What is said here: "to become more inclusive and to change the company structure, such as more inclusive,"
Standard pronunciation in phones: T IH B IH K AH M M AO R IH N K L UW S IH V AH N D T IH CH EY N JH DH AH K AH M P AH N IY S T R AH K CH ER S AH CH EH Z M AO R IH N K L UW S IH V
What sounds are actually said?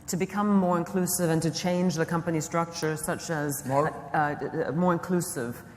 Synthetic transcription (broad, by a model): T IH B IH K AH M M AO R IH N K L UW S IH V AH N T IH CH EY N JH DH AH K AH M P AH N IY S T R AH K CH ER S AH CH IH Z M AO R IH N K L UW S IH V